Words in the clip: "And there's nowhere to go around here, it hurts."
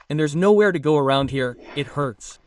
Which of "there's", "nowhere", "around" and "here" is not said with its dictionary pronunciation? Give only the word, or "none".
none